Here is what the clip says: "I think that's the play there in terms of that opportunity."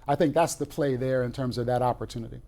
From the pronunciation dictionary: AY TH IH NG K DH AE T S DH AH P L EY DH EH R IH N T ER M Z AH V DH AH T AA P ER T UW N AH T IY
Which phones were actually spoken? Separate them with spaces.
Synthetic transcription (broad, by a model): AY TH IH NG K DH AE T S DH AH P L EY DH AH R IH N T ER M Z AH V DH AH T AA P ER T UW N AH T IY